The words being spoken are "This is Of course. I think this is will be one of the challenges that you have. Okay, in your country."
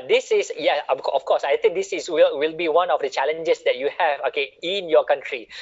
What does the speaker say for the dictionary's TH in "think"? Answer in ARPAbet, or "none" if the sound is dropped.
T